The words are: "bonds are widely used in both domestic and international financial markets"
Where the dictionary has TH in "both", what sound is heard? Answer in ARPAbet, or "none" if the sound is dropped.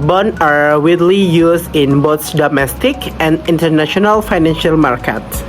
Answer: S